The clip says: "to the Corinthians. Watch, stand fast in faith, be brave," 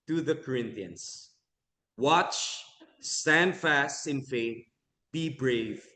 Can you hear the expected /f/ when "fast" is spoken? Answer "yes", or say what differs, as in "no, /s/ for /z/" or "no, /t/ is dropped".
yes